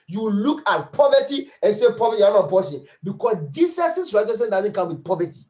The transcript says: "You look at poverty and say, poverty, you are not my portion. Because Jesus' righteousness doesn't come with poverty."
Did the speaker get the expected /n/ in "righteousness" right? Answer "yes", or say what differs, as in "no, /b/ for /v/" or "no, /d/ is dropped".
no, /n/ is dropped